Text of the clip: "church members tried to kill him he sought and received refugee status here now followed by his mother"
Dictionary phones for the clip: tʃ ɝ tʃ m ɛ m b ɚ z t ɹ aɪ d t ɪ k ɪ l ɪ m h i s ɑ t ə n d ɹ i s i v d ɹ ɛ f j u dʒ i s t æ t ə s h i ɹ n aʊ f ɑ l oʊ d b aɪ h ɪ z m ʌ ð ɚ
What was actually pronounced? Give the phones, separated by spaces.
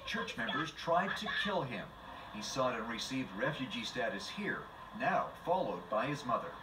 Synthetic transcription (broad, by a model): tʃ ɝ tʃ m ɛ m b ɚ z t ɹ aɪ d t ɪ k ɪ l ɪ m h i s ɑ t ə n ɹ i s i v d ɹ ɛ f j u dʒ i s t æ t ə s h i ɹ n aʊ f ɑ l oʊ d b aɪ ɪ z m ʌ ð ɚ